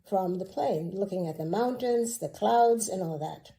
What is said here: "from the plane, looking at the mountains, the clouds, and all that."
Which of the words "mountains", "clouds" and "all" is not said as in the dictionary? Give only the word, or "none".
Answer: none